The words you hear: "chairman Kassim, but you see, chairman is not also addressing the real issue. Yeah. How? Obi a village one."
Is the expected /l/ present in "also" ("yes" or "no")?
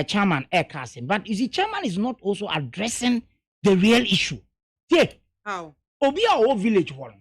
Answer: yes